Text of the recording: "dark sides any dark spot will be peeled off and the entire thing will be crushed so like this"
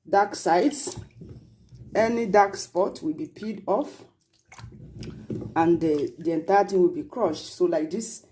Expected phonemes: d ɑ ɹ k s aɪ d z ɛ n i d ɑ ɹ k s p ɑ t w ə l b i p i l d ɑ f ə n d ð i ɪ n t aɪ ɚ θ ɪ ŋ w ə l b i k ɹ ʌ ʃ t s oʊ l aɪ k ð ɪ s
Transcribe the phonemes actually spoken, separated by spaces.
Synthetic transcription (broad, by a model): d ɑ k s aɪ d s ɛ n i d ɑ k s p ɑ t w ə l b i p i d ɑ f ə n d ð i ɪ n t aɪ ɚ t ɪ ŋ w ə l b i k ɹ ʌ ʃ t s oʊ l aɪ k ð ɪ s